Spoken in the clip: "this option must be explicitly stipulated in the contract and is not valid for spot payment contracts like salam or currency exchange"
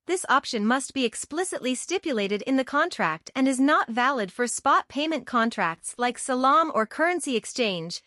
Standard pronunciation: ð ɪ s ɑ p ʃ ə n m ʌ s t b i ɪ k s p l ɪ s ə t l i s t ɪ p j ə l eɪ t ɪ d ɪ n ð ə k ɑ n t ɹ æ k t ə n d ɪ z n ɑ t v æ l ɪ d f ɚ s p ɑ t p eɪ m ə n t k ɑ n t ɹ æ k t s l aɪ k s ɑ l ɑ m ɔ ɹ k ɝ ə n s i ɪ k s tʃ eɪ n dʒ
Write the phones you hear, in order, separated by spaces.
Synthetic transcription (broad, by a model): ð ɪ s ɑ p ʃ ə n m ʌ s t b i ɪ k s p l ɪ s ə t l i s t ɪ p j ə l eɪ t ɪ d ɪ n ð ə k ɑ n t ɹ æ k t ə n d ɪ z n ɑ t v æ l ɪ d f ɚ s p ɑ t p eɪ m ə n k ɑ n t ɹ æ k t s l aɪ k s ɑ l ɑ m ɔ ɹ k ɝ ə n s i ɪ k s tʃ eɪ n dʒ